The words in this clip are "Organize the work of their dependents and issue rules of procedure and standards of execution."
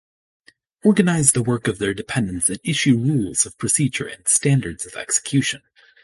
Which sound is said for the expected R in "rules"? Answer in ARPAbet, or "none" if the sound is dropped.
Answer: R